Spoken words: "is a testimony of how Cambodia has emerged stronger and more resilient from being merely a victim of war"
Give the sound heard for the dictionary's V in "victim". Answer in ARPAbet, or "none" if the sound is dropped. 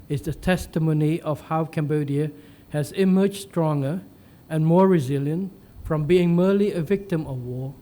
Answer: V